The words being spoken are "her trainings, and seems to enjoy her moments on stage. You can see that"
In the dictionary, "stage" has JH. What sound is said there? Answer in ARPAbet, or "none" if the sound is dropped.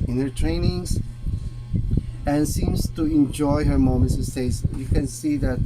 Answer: Z